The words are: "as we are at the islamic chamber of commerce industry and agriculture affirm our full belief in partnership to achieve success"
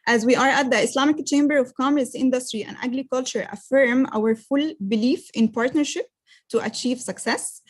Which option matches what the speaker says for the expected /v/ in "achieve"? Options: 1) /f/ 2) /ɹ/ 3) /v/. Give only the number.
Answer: 3